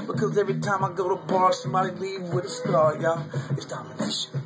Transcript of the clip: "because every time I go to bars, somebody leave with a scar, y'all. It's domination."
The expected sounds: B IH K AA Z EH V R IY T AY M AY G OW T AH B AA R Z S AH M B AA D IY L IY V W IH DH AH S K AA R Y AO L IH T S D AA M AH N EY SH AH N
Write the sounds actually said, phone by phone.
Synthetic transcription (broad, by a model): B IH K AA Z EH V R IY T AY M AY G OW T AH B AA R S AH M AA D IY L IY V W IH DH AH S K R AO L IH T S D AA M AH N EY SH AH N